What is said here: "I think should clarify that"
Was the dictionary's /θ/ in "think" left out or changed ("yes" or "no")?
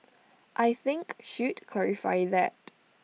no